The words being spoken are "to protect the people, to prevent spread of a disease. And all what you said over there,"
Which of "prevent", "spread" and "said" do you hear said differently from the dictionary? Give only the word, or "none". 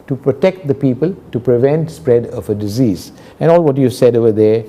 none